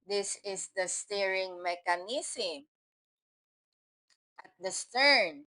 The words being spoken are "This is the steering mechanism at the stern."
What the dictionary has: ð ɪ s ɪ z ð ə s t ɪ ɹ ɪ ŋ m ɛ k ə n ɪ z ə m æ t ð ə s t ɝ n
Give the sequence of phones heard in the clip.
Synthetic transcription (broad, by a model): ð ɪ s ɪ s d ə s t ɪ ɹ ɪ ŋ m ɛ k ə n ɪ s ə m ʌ t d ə s t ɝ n